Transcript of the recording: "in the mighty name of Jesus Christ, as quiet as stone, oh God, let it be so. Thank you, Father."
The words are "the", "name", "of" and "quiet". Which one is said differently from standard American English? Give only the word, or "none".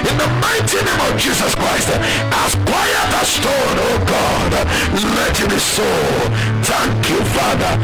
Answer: none